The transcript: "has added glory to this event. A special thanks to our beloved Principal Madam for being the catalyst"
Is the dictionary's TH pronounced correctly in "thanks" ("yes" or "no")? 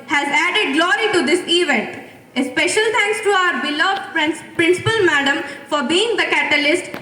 no